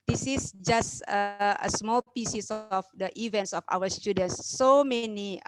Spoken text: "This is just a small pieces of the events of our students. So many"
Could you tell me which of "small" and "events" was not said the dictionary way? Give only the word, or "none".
none